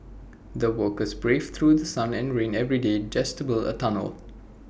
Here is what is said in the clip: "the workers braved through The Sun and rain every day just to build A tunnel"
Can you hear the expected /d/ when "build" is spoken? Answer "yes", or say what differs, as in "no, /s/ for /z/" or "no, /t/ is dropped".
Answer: no, /d/ is dropped